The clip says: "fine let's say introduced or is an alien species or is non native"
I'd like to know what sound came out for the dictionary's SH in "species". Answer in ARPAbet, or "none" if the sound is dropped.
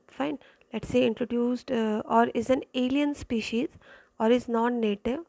SH